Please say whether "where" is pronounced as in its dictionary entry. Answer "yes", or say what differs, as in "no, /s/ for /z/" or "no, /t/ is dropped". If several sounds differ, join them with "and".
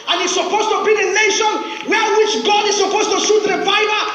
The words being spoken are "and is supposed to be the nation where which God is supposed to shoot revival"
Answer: no, /l/ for /ɹ/